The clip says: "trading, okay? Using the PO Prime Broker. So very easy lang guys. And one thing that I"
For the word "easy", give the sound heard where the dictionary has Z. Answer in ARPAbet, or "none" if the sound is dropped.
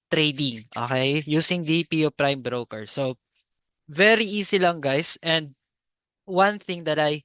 S